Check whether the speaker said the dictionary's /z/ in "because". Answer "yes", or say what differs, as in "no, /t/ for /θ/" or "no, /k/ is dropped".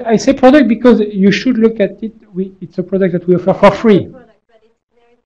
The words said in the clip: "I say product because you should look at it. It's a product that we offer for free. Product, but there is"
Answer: yes